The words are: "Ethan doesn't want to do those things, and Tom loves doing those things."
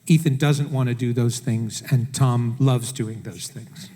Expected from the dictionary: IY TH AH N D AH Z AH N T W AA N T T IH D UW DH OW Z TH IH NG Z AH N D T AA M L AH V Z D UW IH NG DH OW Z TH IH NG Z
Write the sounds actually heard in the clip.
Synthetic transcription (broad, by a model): IY TH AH N D AH Z AH N T W AA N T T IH D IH DH OW Z TH IH NG Z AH N T AA M L AH V Z D UW IH NG DH OW Z TH IH NG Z